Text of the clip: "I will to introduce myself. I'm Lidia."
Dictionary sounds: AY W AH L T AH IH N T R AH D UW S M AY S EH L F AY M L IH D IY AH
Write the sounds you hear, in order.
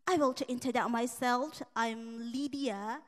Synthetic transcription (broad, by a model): AY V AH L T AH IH N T AH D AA M AY S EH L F AY M L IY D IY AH